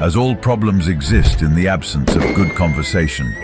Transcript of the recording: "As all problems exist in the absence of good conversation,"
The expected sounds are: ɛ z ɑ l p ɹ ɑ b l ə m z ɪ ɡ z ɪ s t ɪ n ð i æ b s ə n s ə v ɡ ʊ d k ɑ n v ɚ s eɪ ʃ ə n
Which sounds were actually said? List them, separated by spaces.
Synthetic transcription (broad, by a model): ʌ z ɑ l p ɹ ɑ b l ə m z ɪ ɡ z ɪ s t ɪ n ð i æ b s ə n s ə v ɡ ʊ d k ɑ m v ɚ s eɪ ʃ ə n